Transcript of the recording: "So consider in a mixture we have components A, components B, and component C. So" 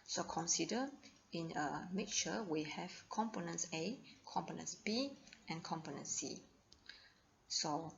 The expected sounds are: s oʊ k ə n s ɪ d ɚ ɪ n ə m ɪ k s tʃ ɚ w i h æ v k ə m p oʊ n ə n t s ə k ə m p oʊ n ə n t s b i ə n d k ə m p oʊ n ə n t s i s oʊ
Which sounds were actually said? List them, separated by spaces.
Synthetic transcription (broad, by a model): s oʊ k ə n s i d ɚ ɪ n ə m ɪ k tʃ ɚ w i h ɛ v k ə m p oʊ n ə n s ə k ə m p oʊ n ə n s b i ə n k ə m p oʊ n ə n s s i s oʊ